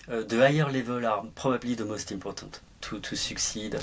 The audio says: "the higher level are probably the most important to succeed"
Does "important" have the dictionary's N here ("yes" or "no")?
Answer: no